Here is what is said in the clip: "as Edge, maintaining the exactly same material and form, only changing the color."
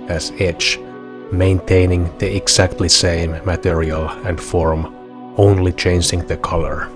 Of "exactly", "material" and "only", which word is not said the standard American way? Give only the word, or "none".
exactly